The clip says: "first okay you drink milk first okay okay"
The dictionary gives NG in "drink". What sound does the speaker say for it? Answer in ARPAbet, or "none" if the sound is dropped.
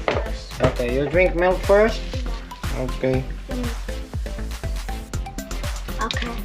NG